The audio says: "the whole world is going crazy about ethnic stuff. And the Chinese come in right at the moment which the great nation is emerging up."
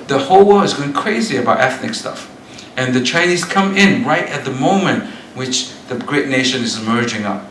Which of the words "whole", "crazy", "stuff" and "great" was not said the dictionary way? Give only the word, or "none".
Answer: none